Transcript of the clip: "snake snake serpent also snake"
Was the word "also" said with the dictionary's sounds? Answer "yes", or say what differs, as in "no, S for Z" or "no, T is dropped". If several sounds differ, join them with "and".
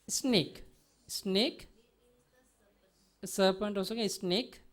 no, L is dropped